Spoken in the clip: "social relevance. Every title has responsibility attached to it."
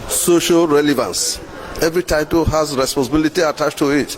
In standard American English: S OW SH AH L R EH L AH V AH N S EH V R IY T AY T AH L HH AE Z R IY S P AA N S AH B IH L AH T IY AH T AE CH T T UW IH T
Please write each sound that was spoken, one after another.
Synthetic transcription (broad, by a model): S OW SH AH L R EH L AH V AH N S EH V R IY T AY T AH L HH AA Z R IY S P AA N S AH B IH L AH T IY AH T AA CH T T UW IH T